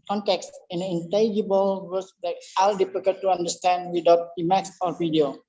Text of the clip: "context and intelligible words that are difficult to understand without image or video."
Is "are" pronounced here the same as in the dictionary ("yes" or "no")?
no